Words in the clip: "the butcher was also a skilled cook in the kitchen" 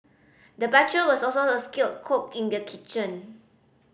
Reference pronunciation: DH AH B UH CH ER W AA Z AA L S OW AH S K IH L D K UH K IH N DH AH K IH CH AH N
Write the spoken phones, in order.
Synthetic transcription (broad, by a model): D AH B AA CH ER W AA S AA L S OW AH S K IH L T K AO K IH N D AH K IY CH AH N